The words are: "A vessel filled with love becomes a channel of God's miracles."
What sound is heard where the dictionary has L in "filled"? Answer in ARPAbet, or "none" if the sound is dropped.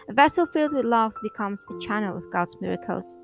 L